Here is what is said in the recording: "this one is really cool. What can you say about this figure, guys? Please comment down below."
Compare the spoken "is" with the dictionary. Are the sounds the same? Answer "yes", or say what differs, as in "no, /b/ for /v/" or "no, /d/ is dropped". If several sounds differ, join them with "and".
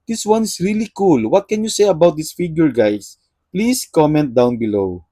no, /s/ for /z/